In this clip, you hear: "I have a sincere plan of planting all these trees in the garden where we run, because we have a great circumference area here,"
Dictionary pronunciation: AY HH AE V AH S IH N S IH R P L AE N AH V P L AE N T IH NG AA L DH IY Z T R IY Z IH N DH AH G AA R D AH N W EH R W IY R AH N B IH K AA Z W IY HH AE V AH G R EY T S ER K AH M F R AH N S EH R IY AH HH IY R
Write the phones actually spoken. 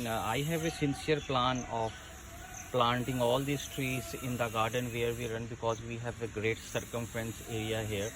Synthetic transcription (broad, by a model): AY HH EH V AH S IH N S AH R P L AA N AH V P L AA N T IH NG AA L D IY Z T R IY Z IH N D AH G AA R D AH N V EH R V IY R AH N B IH K AA Z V IY HH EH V AH G R EY T S ER K AH M F R AH N S EH R IY AH HH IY R